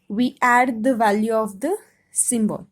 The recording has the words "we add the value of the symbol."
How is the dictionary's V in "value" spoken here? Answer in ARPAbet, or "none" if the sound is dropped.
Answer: V